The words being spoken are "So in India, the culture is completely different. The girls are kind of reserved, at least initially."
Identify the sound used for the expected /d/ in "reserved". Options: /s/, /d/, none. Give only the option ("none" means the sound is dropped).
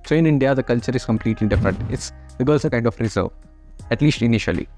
none